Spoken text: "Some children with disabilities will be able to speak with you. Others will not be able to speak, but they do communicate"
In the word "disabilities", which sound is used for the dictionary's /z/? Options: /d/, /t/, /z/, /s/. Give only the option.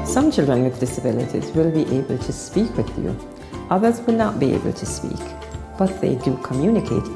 /z/